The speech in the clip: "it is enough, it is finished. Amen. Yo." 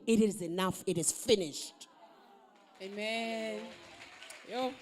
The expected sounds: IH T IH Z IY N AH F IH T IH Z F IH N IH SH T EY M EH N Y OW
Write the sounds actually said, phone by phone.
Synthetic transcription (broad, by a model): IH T IH Z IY N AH F IH T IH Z F IH N IH SH T EY M EH N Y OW